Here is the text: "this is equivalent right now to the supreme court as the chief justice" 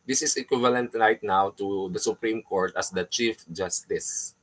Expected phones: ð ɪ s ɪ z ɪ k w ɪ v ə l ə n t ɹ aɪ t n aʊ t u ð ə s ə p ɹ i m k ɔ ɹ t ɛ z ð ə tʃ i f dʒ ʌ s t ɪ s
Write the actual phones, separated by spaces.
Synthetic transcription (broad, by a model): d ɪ s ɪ s ɪ k w ɪ v ə l ə n t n aɪ t n aʊ t u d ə s ə p ɹ i m k ɔ ɹ t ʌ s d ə tʃ i f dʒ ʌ s t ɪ s